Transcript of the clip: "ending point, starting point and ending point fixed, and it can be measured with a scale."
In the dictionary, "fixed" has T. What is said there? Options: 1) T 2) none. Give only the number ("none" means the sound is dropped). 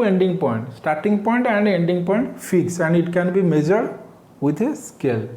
2